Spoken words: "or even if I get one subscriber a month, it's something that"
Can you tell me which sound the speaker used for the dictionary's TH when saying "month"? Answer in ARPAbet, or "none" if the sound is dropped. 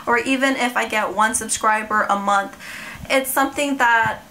TH